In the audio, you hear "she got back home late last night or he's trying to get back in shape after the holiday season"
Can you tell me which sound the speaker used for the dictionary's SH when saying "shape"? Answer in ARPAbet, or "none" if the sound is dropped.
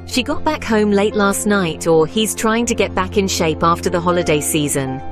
SH